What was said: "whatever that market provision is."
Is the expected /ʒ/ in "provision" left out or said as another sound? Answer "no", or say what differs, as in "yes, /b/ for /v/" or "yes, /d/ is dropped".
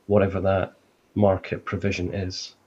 no